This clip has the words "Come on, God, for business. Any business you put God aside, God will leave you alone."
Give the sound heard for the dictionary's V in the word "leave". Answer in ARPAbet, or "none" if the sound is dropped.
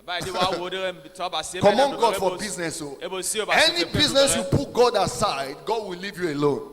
V